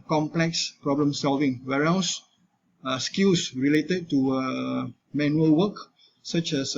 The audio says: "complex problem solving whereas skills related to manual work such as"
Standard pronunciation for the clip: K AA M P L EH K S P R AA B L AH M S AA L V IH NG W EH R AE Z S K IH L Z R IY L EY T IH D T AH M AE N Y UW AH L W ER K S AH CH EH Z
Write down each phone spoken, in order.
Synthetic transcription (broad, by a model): K AA M P L EH K S P R AA B L AH M S AA L V IH NG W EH R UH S S K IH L S R IY L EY T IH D T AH M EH N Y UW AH L W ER K S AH CH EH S